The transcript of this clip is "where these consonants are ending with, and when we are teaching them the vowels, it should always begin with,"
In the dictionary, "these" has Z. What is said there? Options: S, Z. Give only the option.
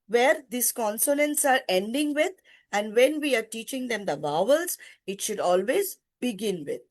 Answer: S